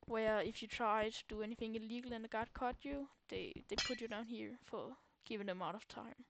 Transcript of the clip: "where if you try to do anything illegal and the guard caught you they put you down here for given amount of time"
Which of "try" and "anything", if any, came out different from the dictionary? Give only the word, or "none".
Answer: none